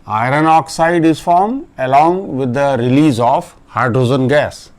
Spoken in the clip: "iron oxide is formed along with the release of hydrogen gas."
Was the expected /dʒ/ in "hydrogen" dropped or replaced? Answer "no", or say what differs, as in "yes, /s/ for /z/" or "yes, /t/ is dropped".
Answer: yes, /z/ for /dʒ/